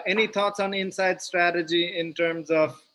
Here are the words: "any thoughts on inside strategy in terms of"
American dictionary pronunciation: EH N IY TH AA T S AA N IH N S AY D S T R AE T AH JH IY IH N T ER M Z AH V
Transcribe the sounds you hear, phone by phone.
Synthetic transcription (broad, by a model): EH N IY T AA T S AA N IH N S AY D S T R AE T AH JH IY IH N T ER M Z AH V